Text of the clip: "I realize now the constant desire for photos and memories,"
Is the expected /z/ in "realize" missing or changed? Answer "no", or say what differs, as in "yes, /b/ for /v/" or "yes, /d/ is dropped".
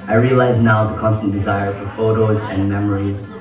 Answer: no